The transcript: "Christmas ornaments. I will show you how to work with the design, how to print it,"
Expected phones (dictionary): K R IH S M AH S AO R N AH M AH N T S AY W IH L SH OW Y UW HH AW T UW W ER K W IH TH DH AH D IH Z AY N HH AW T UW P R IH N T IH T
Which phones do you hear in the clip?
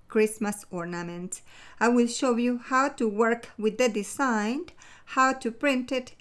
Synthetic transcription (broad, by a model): K R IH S M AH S AO R N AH M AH N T AY W IH L SH OW Y UW HH AW T UW W ER K W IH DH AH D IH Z AY N HH AW T UW P R IH N T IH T